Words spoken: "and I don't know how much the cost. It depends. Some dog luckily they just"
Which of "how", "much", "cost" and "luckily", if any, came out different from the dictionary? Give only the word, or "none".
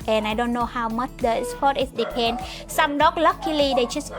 cost